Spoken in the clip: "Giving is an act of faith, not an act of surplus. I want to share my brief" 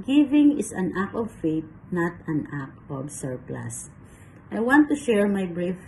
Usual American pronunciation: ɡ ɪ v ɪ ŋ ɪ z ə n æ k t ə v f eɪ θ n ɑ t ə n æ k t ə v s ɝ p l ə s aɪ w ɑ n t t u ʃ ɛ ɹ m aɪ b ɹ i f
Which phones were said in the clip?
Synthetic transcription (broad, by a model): ɡ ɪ v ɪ ŋ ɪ s ə n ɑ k ə v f eɪ t n ɑ t ə n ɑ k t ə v s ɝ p l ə s aɪ w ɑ n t t u ʃ ɛ ɹ m aɪ b ɹ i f